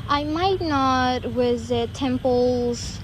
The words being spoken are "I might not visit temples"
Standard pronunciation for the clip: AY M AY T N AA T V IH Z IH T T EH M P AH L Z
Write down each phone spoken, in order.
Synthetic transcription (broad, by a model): AY M AY T N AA T W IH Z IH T T EH M P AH L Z